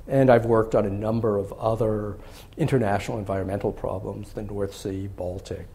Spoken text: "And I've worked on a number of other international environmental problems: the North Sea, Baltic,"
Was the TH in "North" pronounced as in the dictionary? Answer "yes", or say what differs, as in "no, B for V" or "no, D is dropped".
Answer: yes